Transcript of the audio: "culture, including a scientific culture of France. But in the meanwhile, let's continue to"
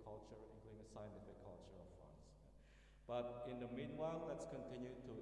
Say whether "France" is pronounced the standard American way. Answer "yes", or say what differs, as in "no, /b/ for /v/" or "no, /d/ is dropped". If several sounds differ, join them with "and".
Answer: no, /ɹ/ is dropped